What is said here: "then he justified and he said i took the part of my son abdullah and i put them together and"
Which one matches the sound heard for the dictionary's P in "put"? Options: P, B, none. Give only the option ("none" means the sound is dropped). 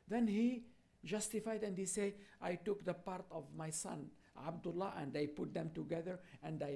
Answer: P